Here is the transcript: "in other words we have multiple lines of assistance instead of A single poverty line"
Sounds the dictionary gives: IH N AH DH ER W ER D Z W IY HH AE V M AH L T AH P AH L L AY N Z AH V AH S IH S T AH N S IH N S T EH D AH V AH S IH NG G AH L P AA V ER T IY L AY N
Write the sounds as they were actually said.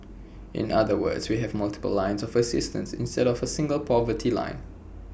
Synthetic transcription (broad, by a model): IH N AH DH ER W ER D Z W IY HH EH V M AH L T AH P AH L L AY N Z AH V AH S IH S T AH N S IH N S T EH D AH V AH S IH NG G AH L P AA V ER T IY L AY N